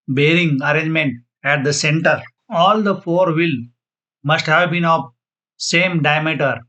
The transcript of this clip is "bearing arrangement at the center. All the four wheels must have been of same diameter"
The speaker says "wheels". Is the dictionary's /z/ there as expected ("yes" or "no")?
no